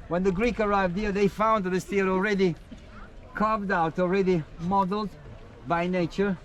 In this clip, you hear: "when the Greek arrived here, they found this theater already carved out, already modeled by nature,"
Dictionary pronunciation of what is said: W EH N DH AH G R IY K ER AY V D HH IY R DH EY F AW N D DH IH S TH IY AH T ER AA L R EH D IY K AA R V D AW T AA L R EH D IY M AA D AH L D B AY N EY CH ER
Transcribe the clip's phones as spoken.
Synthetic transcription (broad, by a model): W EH N DH AH G R IY K ER AY V D HH IY R DH EY F AW N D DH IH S T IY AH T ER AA L R EH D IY K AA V D AW T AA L R EH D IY M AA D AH L D B AY N EY CH ER